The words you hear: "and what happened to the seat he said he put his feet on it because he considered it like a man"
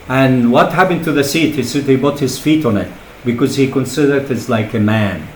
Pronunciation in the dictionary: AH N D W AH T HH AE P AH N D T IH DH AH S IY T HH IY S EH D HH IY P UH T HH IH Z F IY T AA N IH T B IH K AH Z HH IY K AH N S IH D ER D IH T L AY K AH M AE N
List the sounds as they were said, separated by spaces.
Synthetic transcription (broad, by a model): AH N W AH T HH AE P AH N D T IH DH AH S IY T HH IY S EH D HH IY B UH T HH IH Z F IY T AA N IH T B IH K AH Z HH IY K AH N S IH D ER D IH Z L AY K AH M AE N